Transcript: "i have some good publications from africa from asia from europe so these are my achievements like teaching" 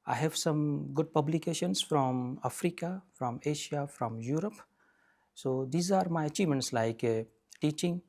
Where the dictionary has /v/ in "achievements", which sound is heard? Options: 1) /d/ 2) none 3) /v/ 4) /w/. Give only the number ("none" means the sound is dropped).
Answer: 2